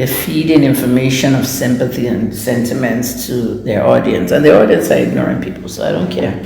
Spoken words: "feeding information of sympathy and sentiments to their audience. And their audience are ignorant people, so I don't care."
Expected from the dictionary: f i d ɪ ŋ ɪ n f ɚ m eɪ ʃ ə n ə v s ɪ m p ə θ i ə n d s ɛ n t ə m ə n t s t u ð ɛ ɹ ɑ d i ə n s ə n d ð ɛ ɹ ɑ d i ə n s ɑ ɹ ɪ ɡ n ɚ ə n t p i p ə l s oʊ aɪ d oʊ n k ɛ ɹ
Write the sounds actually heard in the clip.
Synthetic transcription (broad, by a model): f i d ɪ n ɪ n f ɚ m eɪ ʃ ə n ə v s ɪ m p ə θ i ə n s ɛ n t ə m ə n t s t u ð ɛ ɹ ɑ d i ə n s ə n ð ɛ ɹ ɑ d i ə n s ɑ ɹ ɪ ɡ n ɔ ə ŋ p i p l s oʊ aɪ d oʊ n k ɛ ɹ